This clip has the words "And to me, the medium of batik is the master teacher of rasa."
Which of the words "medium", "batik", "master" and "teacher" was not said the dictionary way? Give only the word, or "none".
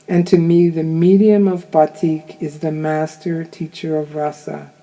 none